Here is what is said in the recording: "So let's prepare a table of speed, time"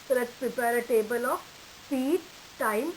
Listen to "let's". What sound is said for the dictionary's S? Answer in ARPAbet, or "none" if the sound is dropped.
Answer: none